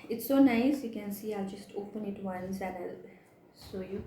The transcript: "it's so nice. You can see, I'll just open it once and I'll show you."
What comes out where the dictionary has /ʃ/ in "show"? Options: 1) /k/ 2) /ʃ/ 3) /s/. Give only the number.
3